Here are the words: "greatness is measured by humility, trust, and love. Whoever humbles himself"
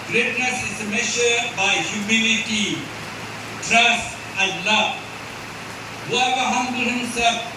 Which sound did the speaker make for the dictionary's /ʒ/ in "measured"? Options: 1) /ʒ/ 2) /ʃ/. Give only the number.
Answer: 2